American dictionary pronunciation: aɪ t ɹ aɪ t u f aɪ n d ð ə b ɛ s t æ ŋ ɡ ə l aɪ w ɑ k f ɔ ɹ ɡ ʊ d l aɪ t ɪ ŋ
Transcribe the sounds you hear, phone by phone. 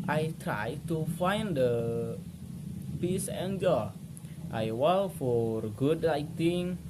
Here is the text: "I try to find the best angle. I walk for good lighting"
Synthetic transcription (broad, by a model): aɪ t ɹ aɪ t u f aɪ n d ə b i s æ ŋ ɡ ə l aɪ w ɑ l f ɔ ɹ ɡ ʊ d l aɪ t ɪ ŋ